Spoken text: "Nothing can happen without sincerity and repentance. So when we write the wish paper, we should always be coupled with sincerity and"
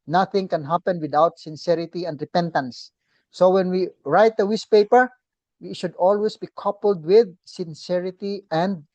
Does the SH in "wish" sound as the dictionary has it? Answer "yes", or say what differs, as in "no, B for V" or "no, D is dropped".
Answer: no, S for SH